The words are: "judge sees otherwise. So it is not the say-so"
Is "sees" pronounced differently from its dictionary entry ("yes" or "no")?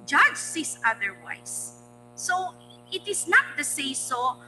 yes